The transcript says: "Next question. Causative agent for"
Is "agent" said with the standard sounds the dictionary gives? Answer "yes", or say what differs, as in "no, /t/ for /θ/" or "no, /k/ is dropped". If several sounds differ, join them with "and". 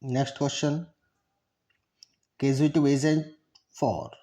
no, /z/ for /dʒ/